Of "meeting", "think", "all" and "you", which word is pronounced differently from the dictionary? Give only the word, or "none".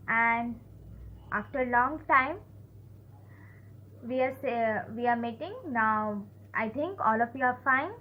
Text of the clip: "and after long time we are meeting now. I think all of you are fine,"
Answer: think